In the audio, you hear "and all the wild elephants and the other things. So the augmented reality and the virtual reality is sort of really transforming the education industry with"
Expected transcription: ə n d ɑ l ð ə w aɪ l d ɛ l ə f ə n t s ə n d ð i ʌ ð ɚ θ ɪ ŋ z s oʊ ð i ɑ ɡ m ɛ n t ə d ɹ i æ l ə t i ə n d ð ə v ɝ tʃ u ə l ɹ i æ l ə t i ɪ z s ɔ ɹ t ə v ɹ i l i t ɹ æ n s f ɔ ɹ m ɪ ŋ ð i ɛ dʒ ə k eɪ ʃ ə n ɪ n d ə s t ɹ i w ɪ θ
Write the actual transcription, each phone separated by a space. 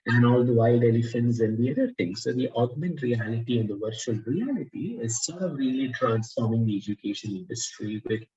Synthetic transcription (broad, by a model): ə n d ɑ l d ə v aɪ l d ɛ l ə f ə n t s ə n d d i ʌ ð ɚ t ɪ ŋ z s oʊ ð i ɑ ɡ m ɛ n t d ɹ i æ l ə t i ə n d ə v ɝ tʃ u ə l ɹ i æ l ə t i ɪ z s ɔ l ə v ɹ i l i t ɹ æ n s f ɔ ɹ m ɪ ŋ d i ɛ dʒ ə k eɪ ʃ ə n ɪ n d ə s t ɹ i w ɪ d